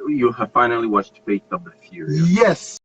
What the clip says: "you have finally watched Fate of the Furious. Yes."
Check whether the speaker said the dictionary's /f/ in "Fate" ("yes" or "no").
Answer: no